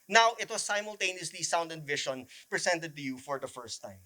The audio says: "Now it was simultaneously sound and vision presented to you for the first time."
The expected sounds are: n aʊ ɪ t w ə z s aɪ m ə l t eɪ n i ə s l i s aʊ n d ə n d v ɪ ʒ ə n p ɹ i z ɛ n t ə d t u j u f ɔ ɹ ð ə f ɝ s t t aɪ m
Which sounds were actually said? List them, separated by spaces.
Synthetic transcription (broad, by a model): n aʊ ɪ t w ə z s aɪ m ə l t eɪ n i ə s l i s aʊ n d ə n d v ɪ ʃ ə n p ɹ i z ɛ n t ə d t u j u f ɔ ɹ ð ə f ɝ s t t aɪ m